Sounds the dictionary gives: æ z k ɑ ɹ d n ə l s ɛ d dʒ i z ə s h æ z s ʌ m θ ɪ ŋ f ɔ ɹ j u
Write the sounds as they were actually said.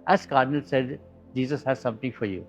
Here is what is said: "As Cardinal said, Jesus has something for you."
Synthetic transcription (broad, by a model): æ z k ɑ ɹ d n ə l s ɛ d dʒ i z ə s h æ z s ʌ m t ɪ ŋ f ɔ ɹ j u